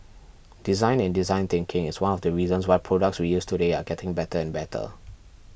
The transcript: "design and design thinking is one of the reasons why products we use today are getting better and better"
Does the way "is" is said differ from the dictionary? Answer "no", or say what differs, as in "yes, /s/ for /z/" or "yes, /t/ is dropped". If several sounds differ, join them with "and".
yes, /s/ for /z/